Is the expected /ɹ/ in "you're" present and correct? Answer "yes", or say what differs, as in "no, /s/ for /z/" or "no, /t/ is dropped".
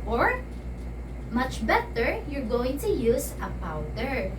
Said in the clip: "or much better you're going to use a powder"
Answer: yes